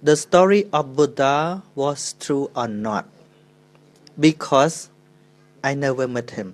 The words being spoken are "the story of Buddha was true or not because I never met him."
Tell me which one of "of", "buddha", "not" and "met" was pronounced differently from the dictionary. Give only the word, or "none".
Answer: of